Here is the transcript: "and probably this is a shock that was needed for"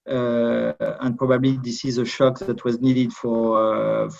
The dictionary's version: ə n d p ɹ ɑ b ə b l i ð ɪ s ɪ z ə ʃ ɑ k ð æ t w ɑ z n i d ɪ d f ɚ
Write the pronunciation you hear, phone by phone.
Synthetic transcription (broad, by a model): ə n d p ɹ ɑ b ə b l i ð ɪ s ɪ z ə ʃ ɑ k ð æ t w ɑ z n i d ɪ d f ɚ